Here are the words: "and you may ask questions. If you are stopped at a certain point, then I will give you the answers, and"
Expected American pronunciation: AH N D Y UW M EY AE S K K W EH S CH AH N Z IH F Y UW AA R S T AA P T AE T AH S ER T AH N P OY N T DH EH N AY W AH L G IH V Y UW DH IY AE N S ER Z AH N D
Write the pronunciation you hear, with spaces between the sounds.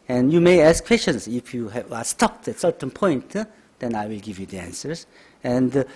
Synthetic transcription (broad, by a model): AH N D Y UW M EY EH S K K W EH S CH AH N S IH F Y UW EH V S T AA P T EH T S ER T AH N P OY N T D EH N AY W AH L G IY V Y UW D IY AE N S ER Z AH N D